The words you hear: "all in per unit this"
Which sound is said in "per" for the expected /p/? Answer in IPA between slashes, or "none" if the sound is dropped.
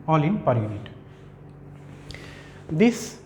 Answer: /p/